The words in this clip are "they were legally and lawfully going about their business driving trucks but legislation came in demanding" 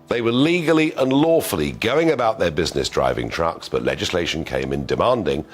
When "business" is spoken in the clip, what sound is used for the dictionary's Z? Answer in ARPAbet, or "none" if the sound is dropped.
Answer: Z